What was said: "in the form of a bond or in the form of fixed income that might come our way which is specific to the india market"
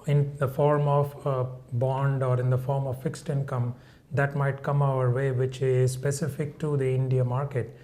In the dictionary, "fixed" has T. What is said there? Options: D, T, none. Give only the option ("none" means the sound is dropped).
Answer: T